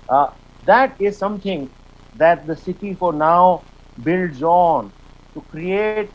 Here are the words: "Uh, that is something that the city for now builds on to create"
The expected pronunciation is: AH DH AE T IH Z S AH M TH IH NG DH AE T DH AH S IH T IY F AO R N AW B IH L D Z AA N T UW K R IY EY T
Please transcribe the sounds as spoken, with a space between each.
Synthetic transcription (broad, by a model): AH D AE T IH Z S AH M T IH NG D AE T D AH S IH T IY F AO R N AW B IH L D Z AA N T UW K R IY EY T